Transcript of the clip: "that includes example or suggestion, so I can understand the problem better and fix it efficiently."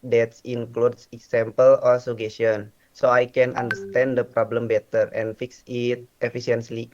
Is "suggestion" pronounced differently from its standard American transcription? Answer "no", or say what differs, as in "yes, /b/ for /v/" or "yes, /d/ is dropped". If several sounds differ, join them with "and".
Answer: yes, /dʒ/ is dropped